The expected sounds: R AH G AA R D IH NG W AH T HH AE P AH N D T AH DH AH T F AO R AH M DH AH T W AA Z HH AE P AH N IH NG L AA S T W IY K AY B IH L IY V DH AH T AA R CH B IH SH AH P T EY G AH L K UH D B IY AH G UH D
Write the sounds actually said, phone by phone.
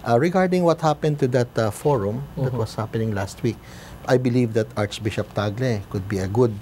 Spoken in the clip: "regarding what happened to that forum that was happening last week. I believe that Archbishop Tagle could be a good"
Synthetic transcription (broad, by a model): R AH G AA R D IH NG W AH T HH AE P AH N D T AH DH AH T F AO R AH M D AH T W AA S HH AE P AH N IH NG L AA S T W IY K AY B IH L IY V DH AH T AA R CH B IH SH AH P T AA G L K UH D B IY AH G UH D